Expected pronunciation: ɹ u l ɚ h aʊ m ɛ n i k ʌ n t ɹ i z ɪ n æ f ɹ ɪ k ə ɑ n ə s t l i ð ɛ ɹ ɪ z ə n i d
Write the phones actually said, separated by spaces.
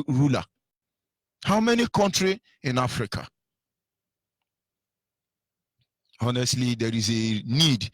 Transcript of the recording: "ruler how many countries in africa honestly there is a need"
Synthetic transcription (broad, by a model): ɹ u l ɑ h aʊ m ɛ n i k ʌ n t ɹ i ɪ n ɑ f ɹ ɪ k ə ɑ n ə s t l i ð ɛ ɹ ɪ z ə n i d